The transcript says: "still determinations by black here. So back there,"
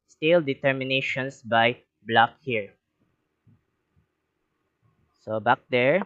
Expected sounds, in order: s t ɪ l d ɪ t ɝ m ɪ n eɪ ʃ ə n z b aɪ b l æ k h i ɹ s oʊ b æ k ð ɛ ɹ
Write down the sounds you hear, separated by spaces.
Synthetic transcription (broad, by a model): s t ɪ l d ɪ t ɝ m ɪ n eɪ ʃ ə n s b aɪ b l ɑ k h i ɹ s oʊ b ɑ k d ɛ ɹ